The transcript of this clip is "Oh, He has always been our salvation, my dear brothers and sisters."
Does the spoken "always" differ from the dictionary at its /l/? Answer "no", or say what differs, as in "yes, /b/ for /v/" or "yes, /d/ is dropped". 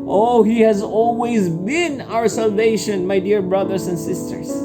no